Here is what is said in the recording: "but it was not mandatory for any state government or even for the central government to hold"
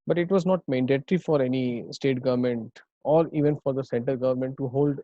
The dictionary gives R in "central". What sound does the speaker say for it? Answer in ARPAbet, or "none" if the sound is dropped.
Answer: none